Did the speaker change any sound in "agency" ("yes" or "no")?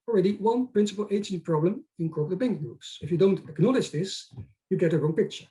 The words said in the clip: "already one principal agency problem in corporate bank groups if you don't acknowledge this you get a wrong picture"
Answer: yes